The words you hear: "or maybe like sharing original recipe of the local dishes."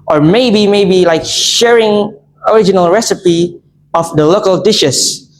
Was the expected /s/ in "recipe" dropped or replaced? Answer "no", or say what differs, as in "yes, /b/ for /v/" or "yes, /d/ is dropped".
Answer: no